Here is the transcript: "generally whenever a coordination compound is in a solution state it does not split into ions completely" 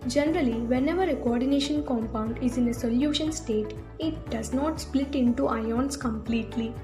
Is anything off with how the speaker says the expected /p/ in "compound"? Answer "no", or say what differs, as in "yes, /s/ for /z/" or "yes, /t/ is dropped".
no